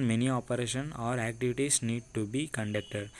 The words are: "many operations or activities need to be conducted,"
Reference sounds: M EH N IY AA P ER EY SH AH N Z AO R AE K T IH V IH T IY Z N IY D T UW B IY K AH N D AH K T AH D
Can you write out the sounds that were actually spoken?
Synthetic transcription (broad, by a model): M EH N IY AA P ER EY SH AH N AO R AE K T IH V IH T IY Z N IY D T UW B IY K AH N D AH K T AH D